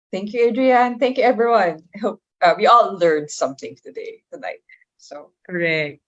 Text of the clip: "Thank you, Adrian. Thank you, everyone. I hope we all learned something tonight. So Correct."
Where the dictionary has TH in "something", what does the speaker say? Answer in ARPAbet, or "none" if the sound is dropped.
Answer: TH